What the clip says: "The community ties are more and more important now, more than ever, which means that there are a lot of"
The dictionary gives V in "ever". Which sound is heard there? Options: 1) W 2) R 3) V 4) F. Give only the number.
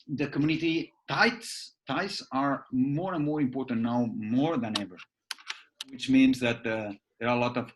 3